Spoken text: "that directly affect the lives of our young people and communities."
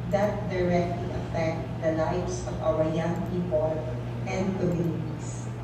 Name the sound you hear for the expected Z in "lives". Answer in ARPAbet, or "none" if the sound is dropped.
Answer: S